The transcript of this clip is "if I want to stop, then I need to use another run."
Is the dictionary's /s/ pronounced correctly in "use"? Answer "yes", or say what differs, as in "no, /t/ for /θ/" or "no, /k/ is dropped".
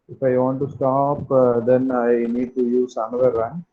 yes